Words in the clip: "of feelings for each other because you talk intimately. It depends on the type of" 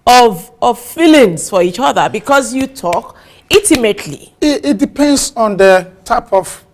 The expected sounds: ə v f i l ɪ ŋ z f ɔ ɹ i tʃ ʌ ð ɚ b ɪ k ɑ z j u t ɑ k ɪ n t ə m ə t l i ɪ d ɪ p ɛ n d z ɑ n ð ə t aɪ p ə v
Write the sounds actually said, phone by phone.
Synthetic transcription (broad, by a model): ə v f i l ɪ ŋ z f ɔ ɹ i tʃ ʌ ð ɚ b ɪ k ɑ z j u t ɑ k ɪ t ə m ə t l i ɪ d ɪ p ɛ n d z ɑ n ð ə t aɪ p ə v